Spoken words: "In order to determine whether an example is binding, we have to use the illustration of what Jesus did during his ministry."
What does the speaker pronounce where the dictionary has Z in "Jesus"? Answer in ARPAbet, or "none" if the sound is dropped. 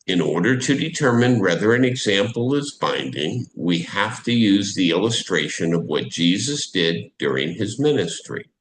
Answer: Z